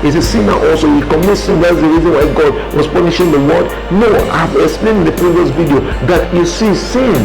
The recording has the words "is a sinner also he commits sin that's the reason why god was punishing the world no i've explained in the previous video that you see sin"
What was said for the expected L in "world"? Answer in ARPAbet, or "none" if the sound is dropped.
none